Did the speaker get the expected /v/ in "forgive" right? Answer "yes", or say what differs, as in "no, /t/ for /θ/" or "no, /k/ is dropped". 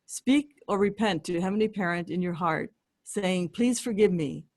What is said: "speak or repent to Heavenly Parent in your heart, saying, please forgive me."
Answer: yes